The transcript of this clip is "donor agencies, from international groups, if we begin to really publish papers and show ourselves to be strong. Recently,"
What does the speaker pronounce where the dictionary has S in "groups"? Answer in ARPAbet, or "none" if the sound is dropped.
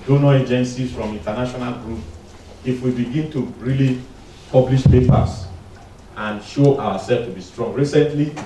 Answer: none